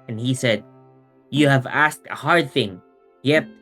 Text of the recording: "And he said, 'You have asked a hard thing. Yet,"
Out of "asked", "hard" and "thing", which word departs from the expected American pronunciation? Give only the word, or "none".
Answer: none